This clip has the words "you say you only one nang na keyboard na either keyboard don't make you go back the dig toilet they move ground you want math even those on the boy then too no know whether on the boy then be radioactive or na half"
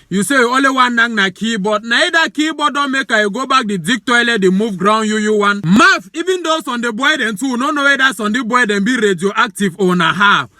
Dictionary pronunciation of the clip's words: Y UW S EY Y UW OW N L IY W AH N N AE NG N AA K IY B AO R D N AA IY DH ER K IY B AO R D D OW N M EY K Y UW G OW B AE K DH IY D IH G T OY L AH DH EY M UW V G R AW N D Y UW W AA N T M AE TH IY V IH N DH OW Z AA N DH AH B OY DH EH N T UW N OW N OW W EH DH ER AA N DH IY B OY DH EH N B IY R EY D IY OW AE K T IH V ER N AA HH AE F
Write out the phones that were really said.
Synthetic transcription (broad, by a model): Y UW S EY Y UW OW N L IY W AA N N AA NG N AA K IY B AO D N AA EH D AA K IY B AO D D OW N M EY K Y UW G OW B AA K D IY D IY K T OY L AH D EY M UW V G R AW N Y Y UW W AA N M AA F IY V IH N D OW S AA N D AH B OY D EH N T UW N OW N OW W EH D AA AA N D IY B OY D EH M B IY R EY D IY OW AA K T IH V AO N AA HH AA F